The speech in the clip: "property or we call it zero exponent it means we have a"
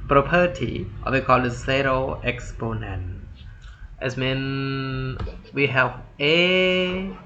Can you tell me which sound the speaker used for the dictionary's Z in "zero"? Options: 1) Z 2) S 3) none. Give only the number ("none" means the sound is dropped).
2